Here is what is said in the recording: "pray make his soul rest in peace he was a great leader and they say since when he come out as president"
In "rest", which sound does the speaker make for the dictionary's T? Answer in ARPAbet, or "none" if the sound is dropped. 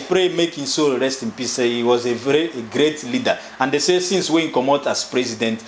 T